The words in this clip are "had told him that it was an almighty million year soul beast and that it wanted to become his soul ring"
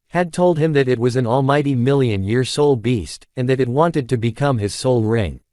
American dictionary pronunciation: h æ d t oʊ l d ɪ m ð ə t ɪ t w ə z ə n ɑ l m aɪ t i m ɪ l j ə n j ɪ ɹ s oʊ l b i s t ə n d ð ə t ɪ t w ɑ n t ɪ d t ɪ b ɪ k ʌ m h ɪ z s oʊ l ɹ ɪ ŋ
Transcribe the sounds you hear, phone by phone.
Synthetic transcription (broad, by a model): h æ d t oʊ l d ɪ m ð ə t ɪ t w ə z n ɑ l m aɪ t i m ɪ l j ə n j ɪ ɹ s oʊ l b i s t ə n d ð ə t ɪ t w ɑ n t ɪ d t ɪ b ɪ k ʌ m ɪ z s oʊ l ɹ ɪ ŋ